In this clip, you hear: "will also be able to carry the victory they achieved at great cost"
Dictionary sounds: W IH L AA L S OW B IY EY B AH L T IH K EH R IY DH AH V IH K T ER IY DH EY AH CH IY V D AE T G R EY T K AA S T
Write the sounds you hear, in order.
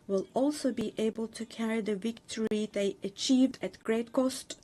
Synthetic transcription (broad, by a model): W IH L AA L S OW B IY EY B AH L T IH K EH R IY DH AH V IH K T ER IY DH EY AH CH IY V D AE T G R EY T K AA S T